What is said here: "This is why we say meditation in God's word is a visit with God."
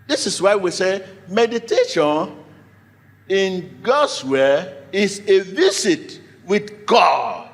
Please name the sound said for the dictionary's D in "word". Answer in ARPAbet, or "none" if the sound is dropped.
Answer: none